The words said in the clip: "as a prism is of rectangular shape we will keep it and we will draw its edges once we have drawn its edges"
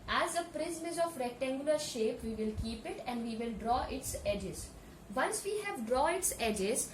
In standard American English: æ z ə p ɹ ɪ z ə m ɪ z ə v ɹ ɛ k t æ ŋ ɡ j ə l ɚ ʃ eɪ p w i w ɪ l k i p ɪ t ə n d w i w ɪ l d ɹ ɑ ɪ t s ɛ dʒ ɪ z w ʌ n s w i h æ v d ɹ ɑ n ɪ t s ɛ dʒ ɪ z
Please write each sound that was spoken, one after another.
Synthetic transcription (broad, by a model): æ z ə p ɹ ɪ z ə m ɪ z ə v ɹ ɛ k t æ ŋ ɡ j ə l ɚ ʃ eɪ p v i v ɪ l k i p ɪ t ə n d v i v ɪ l d ɹ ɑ ɪ t s ɛ dʒ ɪ z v ʌ n s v i h æ v d ɹ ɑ ɪ t s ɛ dʒ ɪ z